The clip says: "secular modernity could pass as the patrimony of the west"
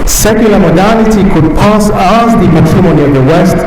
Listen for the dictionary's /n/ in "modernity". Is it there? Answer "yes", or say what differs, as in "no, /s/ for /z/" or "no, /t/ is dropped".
no, /l/ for /n/